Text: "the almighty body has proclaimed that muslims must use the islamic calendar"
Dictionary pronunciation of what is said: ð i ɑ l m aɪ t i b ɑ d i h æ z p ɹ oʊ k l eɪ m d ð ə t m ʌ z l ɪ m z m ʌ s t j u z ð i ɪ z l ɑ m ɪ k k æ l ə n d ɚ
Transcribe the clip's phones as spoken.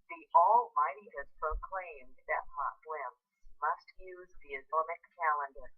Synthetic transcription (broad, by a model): ð i ɑ l m aɪ t i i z p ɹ oʊ k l eɪ m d ð ə t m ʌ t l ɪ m s m ʌ s t j u z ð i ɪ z ɑ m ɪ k k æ l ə n d ɚ